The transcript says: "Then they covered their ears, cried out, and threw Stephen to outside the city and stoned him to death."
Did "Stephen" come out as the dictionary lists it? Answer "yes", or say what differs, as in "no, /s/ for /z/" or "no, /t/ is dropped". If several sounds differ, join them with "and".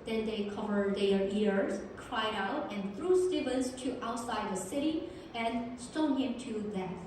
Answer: no, /b/ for /v/